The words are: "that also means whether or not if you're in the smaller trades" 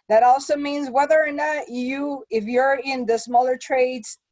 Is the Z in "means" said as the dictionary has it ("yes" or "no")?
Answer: yes